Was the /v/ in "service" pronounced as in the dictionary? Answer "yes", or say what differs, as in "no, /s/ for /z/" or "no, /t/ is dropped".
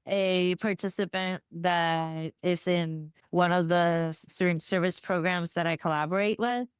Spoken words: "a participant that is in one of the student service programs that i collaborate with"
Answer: yes